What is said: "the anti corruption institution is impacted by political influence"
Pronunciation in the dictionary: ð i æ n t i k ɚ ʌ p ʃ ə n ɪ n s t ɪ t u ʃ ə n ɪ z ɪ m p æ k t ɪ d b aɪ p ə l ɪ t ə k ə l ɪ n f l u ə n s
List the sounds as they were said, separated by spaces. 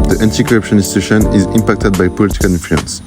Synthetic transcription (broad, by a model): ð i æ n t i k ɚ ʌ p ʃ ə n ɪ s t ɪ ʃ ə n ɪ z ɪ m p æ k t ɪ d b aɪ p ə l ɪ t ə k ə l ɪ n f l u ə n s